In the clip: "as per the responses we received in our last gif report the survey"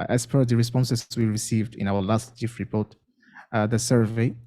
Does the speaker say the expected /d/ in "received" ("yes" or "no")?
yes